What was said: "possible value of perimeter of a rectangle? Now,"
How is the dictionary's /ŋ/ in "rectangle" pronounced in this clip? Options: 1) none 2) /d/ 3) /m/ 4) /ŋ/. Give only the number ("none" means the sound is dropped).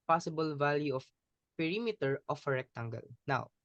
4